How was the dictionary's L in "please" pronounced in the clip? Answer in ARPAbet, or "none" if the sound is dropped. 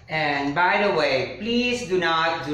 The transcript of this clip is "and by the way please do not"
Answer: L